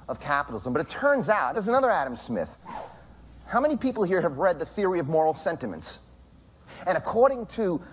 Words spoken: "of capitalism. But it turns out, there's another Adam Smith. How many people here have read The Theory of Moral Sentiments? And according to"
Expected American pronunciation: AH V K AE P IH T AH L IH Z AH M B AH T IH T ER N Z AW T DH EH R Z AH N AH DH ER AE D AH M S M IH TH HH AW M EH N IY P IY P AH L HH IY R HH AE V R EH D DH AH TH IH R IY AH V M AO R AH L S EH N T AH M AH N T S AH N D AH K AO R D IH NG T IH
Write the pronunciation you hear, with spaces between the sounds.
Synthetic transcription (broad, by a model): AH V K AE P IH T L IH Z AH M B AH T IH T ER N Z AW T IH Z AH N AH DH ER AE D AH M S M IH TH HH AW M EH N IY P IY P L HH IY R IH V R EH D DH AH TH IH R IY AH V M AO R L S EH N T AH M AH N T S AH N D AH K AO R D IH NG T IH